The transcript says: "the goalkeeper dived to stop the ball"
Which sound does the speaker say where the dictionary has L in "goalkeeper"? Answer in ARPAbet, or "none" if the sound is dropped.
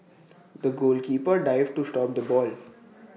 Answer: L